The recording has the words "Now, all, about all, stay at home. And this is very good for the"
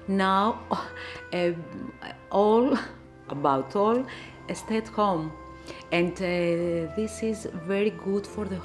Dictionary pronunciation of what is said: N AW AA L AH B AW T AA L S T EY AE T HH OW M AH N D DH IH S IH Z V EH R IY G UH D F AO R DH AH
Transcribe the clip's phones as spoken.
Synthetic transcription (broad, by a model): N AW AA L AH B AW T AA L S T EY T HH OW M AH N D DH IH S IH Z V EH R IY G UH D F AO R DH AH